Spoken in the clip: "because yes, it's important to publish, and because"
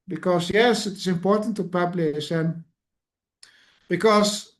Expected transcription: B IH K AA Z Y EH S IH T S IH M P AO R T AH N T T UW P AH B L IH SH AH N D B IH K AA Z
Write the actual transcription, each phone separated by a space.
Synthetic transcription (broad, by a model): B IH K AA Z Y EH S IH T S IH M P AO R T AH N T T UW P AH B L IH S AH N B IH K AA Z